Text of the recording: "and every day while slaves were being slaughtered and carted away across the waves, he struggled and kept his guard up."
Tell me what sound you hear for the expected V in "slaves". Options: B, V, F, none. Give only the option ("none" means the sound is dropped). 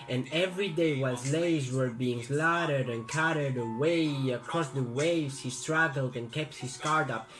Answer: none